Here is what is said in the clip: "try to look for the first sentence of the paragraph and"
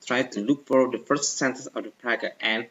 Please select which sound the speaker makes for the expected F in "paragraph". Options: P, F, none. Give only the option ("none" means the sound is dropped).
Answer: none